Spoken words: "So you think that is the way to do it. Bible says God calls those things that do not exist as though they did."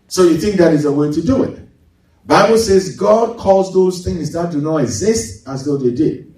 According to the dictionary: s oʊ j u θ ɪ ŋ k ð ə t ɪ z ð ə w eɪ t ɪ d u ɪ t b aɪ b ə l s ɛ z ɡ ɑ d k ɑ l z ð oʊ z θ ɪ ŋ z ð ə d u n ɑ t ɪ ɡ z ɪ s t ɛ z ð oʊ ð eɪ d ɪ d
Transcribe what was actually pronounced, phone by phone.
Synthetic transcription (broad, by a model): s oʊ j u θ ɪ ŋ k ð ə t ɪ z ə w eɪ t ɪ d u ɪ t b aɪ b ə l s ɛ z ɡ ɑ d k ɑ l z ð oʊ z θ ɪ ŋ z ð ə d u n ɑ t ɪ ɡ z ɪ s t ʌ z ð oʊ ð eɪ d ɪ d